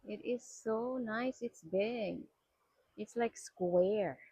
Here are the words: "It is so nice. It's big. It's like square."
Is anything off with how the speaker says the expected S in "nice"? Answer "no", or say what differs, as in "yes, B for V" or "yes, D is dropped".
no